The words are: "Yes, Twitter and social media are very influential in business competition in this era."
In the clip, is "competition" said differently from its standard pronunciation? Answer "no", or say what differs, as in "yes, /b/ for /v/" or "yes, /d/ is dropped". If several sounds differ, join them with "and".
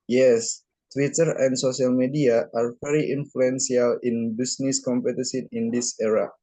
yes, /s/ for /ʃ/